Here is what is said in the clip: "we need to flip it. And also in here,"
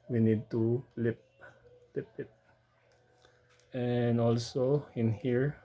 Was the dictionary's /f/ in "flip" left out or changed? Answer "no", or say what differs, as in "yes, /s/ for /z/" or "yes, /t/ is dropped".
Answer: yes, /p/ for /f/